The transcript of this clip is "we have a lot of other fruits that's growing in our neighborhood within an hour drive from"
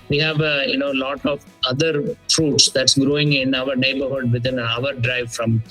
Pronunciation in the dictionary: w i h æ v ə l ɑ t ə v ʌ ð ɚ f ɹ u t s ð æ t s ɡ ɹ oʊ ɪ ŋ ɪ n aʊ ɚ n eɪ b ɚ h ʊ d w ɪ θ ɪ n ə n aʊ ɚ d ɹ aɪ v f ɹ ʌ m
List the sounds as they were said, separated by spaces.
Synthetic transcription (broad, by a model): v i h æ v ə l ɑ t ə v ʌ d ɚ f ɹ u t s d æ t s ɡ ɹ oʊ ɪ ŋ ɪ n aʊ ɚ n eɪ b ɚ h ʊ d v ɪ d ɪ n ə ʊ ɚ d ɹ aɪ v f ɹ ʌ m